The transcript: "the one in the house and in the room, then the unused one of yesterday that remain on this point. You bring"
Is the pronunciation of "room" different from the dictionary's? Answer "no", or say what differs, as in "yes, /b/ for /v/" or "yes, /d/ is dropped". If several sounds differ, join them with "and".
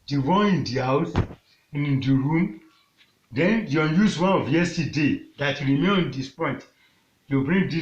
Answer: no